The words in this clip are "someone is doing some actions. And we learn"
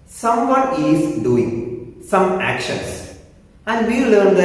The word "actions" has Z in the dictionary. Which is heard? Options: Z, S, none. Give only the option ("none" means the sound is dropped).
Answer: S